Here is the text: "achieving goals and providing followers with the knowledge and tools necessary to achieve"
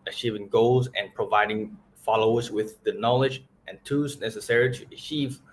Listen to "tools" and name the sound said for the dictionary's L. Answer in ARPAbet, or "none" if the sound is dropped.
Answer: none